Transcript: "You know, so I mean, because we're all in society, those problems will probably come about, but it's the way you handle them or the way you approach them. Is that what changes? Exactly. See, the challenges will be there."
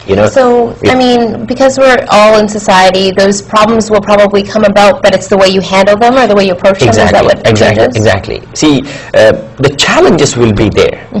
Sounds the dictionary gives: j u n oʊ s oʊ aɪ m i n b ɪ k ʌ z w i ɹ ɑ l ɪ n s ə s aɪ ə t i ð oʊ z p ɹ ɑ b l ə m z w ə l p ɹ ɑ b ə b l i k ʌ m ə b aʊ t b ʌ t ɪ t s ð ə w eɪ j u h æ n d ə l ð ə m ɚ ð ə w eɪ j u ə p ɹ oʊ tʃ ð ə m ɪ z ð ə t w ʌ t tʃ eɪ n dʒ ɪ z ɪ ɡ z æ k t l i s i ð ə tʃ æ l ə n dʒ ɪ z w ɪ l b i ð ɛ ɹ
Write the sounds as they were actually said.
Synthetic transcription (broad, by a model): j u n oʊ s oʊ aɪ m i n b ɪ k ʌ z w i ɹ ɑ l ɪ n s ə s aɪ ə t i ð oʊ z p ɹ ɑ b l ə m z w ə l p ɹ ɑ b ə b l i k ʌ m ə b aʊ t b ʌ t ɪ t s ð ə w eɪ j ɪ h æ n d l ð ə m ɚ ð ə w eɪ j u ə p ɹ oʊ tʃ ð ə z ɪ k ð ə t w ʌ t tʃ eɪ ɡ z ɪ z ɪ ɡ z æ k t l i s i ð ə tʃ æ l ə n dʒ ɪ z w ɪ l b i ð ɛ ɹ